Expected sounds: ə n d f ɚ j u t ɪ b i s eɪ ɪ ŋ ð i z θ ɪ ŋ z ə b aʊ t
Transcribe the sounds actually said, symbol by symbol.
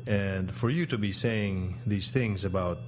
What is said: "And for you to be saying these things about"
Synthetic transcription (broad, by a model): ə n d f ɚ j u t ɪ b i s eɪ ɪ ŋ ð i z θ ɪ ŋ z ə b aʊ t